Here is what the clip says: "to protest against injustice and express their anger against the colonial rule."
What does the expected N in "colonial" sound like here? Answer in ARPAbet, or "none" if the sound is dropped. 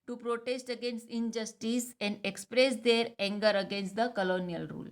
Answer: N